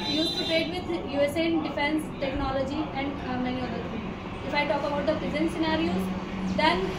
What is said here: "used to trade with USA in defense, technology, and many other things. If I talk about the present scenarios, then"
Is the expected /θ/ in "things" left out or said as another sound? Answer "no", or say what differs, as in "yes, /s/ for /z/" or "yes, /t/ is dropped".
yes, /t/ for /θ/